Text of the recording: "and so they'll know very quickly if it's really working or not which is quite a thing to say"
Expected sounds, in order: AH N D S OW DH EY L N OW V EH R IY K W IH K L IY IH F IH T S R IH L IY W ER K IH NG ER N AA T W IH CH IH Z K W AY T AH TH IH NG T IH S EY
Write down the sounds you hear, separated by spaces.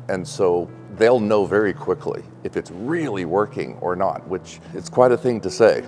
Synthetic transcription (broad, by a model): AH N S OW DH EY L N OW V EH R IY K W IH K L IY IH F IH T S R IH L IY W ER K IH NG ER N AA T W IH CH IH S K W AY T AH TH IH NG T IH S EY